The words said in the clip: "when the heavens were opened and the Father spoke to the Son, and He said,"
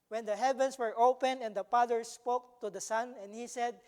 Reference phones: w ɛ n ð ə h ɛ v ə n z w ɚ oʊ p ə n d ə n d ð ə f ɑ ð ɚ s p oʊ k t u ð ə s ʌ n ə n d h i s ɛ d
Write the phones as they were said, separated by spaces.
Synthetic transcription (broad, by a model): w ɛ n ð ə h ɛ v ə n s w ɚ oʊ p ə n ə n d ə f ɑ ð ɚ s p oʊ k t u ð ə s ʌ n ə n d h i s ɛ d